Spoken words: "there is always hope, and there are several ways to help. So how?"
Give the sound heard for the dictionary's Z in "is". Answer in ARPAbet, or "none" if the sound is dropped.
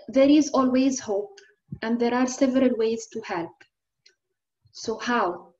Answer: Z